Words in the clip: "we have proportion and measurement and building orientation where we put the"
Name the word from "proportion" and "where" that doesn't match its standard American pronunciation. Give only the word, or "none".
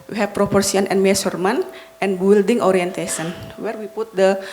proportion